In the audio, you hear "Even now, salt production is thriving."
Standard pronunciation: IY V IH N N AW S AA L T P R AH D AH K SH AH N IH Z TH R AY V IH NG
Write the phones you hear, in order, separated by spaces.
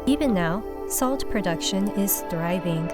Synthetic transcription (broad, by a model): IY V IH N N AW S AA L T P R AH D AH K SH AH N IH Z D R AY V IH NG